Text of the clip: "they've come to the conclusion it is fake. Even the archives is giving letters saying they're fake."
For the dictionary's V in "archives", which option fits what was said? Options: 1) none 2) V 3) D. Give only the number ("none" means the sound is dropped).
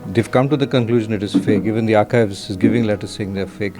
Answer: 2